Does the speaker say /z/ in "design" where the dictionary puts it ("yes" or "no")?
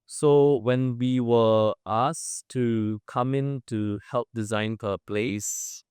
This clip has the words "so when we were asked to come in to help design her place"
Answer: yes